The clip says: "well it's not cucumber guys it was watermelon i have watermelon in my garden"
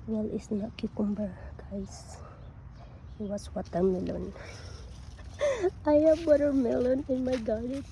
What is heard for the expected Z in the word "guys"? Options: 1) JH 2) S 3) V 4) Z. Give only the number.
2